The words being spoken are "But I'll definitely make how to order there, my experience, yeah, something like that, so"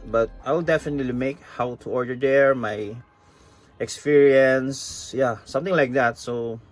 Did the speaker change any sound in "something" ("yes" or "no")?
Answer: yes